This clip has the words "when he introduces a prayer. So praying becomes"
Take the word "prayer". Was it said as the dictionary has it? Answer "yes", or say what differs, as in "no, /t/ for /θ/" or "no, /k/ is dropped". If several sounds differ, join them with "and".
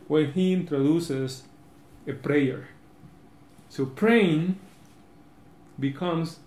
yes